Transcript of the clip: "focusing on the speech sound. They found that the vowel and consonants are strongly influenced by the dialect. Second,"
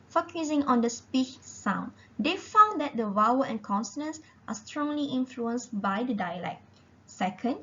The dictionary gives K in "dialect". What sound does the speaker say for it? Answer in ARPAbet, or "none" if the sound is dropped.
K